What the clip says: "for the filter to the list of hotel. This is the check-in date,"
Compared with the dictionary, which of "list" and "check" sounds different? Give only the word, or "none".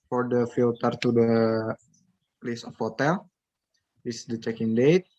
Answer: list